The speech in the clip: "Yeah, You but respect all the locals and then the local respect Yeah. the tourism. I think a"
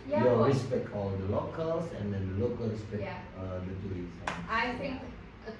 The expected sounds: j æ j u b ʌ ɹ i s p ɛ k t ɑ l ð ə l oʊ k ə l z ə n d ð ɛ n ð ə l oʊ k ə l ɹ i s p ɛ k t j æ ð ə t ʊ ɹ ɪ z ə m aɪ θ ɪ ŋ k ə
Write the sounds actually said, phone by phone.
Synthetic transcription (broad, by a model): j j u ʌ ɹ i s p ɛ k t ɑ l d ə l oʊ k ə l s ə n d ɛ n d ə l oʊ k ə l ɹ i s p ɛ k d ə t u ɪ s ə aɪ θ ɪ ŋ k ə